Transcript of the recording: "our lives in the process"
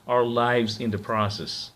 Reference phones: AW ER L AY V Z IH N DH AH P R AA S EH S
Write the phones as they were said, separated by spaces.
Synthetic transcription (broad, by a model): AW ER L AY V Z IH N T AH P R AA S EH S